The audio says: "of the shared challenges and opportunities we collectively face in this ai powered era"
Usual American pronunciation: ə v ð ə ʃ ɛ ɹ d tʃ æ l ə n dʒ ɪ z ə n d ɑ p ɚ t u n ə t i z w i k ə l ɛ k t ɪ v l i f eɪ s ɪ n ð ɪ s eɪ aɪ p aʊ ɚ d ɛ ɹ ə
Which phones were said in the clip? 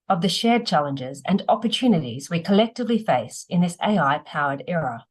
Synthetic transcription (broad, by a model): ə v ð ə ʃ ɛ ɹ d tʃ æ l ə n dʒ ɪ z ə n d ɑ p ɚ t u n ə t i z w i k ə l ɛ k t ɪ v l i f eɪ s ɪ n ð ɪ s eɪ aɪ p aʊ ɚ d ɛ ɹ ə